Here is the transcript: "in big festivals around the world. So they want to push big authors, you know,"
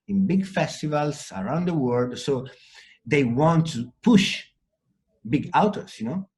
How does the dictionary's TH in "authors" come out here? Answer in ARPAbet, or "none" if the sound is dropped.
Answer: T